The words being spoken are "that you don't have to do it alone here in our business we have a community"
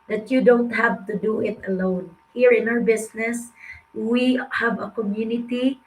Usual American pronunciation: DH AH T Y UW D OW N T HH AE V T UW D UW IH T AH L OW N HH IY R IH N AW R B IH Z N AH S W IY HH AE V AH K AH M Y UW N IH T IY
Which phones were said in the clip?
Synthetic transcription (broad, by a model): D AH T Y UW D OW N T HH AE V T UW D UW IH T AH L OW N HH IY R IH N AW R B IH S N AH S W IY HH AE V AH K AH M Y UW N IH T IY